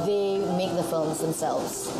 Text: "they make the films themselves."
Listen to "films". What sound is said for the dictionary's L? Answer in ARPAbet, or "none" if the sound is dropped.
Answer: L